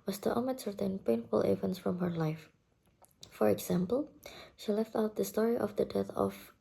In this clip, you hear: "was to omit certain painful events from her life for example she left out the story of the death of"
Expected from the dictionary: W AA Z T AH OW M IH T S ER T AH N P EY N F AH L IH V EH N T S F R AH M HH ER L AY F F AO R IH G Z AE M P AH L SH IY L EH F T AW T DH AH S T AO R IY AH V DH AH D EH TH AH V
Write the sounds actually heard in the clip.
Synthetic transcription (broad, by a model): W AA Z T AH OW M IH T S ER T AH N P EY N F AH L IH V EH N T S F R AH M HH ER L AY F F AO R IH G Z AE M P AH L SH IY L EH F T AW T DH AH S T AO R IY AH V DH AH D EH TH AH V